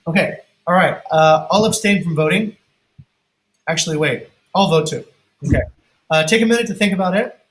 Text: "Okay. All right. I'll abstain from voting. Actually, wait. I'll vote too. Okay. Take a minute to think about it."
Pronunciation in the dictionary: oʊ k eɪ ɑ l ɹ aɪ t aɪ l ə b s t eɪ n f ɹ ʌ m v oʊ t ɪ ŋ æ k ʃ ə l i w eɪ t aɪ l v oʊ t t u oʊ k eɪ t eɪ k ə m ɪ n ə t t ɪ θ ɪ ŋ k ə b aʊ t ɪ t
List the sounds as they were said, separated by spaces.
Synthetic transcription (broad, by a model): oʊ k eɪ ɑ l ɹ aɪ t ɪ l ə b s t eɪ n f ɹ ʌ m v oʊ t ɪ ŋ æ k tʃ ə l i w eɪ t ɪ l v oʊ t t u oʊ k eɪ t eɪ k ə m ɪ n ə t t ɪ θ ɪ ŋ k ə b aʊ t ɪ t